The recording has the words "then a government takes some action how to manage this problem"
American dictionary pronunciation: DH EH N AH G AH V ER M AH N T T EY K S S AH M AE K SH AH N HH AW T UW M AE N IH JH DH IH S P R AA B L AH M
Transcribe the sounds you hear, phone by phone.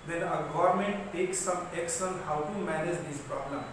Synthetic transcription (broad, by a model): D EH N AH G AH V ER M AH N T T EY K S S AH M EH K S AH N HH AW T UW M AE N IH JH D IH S P R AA B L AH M